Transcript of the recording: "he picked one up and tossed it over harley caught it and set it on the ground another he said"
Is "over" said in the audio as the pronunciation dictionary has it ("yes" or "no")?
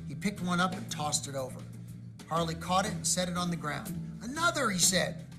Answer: yes